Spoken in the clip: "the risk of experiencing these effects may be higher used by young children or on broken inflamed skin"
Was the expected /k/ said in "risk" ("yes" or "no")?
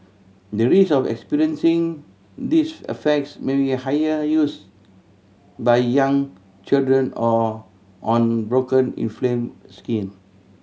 no